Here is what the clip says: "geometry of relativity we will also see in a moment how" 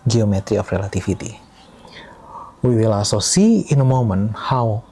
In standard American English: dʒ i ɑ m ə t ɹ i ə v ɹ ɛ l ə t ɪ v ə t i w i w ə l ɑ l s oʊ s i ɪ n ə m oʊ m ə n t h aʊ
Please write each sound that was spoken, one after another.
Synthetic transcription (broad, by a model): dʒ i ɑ m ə t ɹ i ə f ɹ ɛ l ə t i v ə t i w i w ə l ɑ s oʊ s i ɪ n ə m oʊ m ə n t h aʊ